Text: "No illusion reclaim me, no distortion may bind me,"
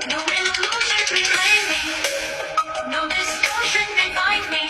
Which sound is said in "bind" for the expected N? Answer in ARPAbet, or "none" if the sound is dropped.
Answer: none